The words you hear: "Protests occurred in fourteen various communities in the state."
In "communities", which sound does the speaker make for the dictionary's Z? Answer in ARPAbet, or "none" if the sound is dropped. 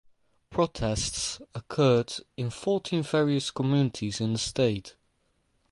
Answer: Z